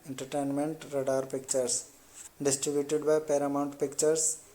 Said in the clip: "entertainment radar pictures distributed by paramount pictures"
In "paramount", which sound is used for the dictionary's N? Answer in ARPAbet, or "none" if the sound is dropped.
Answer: N